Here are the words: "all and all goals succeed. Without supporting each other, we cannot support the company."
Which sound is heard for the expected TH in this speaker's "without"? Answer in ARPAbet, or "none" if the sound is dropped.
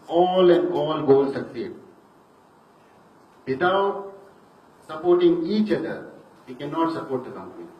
T